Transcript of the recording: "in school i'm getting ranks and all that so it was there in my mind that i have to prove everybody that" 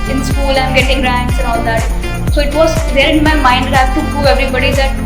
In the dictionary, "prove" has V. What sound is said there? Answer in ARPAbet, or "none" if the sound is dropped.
none